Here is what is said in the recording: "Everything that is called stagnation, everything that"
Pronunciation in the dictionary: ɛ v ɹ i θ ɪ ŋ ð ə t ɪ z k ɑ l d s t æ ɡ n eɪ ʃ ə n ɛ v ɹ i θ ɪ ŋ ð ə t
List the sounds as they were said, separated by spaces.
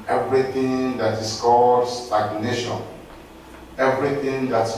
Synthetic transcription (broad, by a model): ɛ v ɹ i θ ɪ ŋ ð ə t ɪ s k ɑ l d s t æ ɡ n eɪ ʃ ə n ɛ v ɹ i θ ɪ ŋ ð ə t